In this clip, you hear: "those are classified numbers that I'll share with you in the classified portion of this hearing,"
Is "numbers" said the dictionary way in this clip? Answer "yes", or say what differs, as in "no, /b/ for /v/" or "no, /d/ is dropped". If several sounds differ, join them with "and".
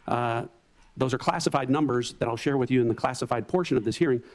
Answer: yes